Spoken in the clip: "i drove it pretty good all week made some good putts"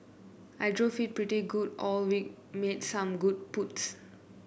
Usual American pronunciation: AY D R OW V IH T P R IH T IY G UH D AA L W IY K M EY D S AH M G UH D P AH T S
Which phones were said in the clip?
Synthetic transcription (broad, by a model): AY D R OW F IH T P R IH T IY G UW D AA L W IY K M EY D S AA M G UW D P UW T S